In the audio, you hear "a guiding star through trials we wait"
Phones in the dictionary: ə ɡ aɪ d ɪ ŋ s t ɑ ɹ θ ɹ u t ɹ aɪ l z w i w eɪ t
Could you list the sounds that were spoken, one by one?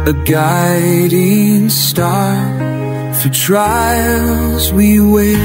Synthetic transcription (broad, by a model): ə ɡ aɪ d ɪ ŋ s t ɑ ɹ f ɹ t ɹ aɪ l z w i w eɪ